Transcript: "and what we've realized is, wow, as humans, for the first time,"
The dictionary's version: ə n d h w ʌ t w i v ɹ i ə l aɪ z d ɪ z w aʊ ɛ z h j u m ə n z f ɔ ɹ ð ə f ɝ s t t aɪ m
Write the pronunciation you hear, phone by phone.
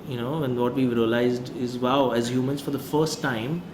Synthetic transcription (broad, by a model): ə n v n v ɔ t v i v ɹ i ə l aɪ z d ɪ z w aʊ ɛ z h j u m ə n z f ɔ ɹ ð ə f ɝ s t t aɪ m